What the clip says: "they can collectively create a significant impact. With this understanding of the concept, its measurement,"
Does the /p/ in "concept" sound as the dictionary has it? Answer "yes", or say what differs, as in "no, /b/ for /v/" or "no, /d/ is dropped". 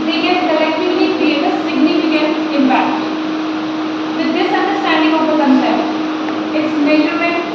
no, /p/ is dropped